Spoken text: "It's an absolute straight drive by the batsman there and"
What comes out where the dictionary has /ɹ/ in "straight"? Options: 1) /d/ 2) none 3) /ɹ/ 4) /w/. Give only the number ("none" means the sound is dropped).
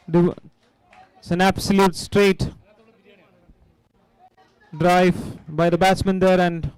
3